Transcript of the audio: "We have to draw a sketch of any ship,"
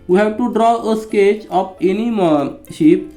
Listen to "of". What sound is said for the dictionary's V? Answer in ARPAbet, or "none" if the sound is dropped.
P